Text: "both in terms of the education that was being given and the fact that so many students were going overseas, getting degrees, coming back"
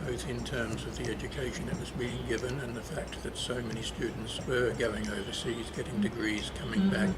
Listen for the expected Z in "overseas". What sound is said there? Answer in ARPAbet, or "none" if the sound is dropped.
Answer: Z